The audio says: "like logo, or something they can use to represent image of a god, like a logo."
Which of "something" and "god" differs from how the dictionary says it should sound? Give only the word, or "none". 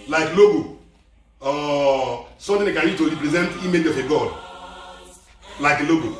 something